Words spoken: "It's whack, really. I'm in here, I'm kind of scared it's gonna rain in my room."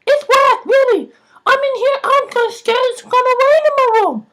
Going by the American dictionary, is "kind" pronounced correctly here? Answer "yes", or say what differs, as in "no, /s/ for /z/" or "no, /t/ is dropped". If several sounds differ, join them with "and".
no, /d/ is dropped